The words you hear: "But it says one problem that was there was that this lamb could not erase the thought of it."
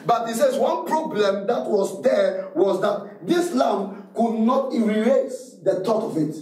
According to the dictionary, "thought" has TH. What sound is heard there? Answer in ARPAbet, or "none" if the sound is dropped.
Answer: T